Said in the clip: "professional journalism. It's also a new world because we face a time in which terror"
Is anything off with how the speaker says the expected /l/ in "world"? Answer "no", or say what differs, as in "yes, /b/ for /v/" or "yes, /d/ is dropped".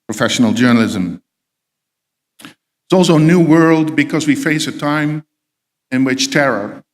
no